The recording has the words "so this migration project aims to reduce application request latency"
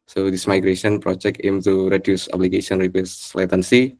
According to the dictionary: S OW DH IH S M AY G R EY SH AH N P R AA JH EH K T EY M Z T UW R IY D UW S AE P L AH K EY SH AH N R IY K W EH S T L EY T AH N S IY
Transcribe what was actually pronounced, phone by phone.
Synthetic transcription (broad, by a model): S OW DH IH S M AY G R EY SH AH N P R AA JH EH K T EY M T UW R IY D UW S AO B L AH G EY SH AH N R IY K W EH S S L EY T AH N S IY